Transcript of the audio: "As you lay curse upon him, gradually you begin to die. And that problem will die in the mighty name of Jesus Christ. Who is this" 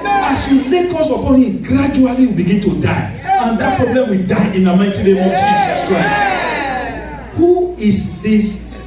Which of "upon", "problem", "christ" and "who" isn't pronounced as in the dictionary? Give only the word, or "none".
christ